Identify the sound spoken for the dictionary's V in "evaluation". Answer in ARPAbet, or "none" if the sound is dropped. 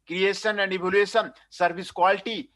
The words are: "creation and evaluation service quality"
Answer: B